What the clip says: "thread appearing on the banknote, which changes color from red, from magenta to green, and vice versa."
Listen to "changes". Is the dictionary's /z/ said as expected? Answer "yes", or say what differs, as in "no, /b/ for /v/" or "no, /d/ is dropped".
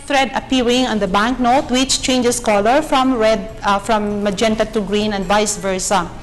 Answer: no, /s/ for /z/